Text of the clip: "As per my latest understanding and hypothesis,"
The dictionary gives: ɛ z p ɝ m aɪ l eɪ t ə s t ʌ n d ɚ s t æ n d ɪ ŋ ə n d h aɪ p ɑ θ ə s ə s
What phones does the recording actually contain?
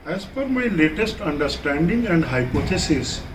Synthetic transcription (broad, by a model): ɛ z f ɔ m aɪ l eɪ t ə s t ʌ n d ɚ s t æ n d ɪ ŋ ə n d h aɪ p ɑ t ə s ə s